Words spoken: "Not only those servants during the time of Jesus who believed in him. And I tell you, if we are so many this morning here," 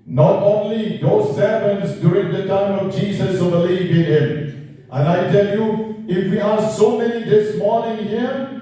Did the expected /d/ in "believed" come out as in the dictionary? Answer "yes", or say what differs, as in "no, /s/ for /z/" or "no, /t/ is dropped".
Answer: no, /d/ is dropped